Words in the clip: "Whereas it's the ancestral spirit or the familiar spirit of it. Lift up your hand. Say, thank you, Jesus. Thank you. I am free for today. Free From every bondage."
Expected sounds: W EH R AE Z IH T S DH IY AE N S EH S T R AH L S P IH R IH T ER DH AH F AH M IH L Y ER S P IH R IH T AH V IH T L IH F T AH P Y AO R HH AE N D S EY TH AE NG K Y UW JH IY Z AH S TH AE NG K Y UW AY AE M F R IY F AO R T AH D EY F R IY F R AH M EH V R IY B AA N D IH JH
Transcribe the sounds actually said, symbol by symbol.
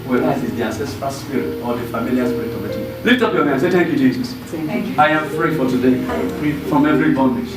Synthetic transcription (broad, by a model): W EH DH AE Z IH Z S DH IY AE N S EH S T R AH L S P IH R IH T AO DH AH F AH M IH L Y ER S P IH R IH T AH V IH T L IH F T AH P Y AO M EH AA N S EY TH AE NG K Y UW JH IY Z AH S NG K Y AY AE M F R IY F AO L T AH D EY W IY F R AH M EH V R IY B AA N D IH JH